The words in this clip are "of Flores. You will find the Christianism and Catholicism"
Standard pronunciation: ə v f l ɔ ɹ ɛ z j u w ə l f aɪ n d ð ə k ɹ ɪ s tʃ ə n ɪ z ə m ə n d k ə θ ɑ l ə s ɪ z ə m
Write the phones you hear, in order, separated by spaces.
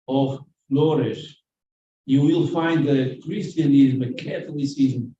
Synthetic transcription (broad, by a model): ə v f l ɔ ɹ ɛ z j u w ə l f aɪ n d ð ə k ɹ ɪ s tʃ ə n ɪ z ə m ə k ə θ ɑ l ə s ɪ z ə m